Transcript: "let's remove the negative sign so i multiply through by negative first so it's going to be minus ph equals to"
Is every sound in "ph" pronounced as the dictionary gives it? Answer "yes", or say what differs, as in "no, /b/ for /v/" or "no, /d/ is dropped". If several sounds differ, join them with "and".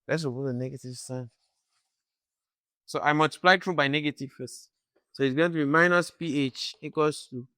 yes